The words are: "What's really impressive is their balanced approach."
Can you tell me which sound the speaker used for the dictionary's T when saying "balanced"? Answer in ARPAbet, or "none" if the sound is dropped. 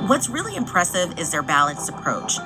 none